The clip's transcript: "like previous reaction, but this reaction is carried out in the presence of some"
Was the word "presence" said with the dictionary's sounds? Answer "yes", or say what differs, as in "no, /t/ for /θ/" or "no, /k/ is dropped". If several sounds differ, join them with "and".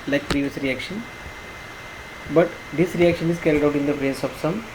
no, /n/ is dropped